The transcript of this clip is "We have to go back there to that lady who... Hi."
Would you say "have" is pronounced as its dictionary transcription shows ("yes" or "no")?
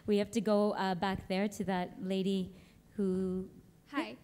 no